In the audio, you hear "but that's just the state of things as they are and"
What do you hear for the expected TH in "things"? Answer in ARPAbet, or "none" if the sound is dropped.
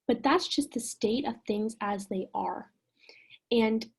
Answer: TH